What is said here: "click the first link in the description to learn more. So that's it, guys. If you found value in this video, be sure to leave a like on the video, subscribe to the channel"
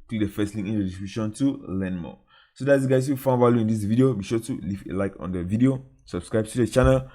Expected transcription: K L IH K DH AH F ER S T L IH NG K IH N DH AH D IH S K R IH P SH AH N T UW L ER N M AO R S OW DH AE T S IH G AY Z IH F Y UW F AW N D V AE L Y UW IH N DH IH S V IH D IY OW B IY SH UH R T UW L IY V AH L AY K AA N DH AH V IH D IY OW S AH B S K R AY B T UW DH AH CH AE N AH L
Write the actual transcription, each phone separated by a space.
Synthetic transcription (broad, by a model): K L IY K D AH F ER S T L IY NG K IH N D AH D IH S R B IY SH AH N T UW L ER N M AO S OW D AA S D IH G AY IH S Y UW F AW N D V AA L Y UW IH N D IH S V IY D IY OW B IY SH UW T UW L IY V AH L AY K AA N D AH V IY D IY OW S AH B S K R AY B T UW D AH CH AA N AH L